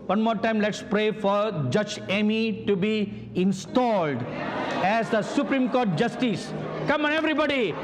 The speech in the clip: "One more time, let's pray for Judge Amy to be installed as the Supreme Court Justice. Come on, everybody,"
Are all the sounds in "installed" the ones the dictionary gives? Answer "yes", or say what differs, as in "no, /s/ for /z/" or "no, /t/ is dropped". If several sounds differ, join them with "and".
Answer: yes